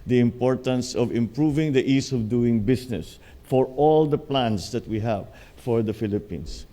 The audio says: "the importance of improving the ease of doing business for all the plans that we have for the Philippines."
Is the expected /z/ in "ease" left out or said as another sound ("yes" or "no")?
yes